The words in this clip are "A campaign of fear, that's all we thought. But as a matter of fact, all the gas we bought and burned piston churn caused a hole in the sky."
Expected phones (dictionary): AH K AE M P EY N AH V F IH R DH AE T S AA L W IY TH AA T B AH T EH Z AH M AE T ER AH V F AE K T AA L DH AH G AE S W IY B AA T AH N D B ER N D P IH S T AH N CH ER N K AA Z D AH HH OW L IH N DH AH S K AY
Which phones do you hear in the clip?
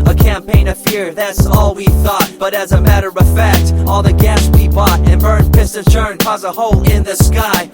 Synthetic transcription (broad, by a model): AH K AE M P EY N AH V F IH R DH AE T S AA L W IY TH AA T B AH T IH Z AH M AE T ER AH V F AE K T AA L DH AH G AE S W IY B AA T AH N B ER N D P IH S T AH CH ER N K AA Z AH HH OW L IH N DH AH S K AY